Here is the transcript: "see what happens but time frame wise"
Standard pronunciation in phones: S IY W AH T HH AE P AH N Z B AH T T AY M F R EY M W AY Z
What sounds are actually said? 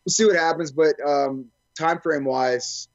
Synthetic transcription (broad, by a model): S IY W AH T HH AE P AH N Z B AH T T AY M F R EY M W AY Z